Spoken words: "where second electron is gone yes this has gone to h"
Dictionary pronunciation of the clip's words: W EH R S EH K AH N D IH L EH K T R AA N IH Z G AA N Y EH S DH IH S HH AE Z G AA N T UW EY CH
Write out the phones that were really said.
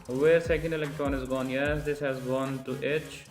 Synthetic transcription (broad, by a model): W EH R S EH K AH N D IH L EH K T R AA N IH Z G AA N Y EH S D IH S HH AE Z G AA N T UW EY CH